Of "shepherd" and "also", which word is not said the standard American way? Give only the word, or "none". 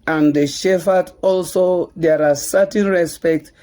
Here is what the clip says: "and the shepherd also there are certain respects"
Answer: shepherd